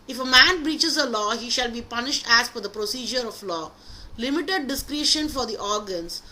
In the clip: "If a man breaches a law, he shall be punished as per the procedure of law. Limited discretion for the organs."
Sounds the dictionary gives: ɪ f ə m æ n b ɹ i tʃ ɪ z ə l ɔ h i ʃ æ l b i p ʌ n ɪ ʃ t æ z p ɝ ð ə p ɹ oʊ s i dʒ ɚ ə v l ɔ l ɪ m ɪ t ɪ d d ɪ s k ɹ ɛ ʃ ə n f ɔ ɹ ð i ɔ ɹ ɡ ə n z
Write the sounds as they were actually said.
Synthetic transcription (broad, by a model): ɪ f ə m æ n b ɹ i tʃ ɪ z ə l ɔ h i ʃ æ l b i p ʌ n ɪ ʃ t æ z f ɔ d ə p ɹ oʊ s i dʒ ɚ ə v l ɔ l ɪ m ɪ t ɪ d d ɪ s k ɹ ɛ ʃ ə n f ɔ ɹ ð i ɔ ɹ ɡ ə n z